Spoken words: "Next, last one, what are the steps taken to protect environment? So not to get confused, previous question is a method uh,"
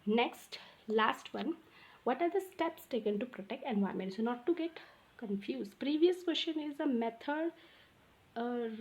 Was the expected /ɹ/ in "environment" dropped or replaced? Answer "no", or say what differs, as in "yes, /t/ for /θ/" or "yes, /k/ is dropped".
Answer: yes, /ɹ/ is dropped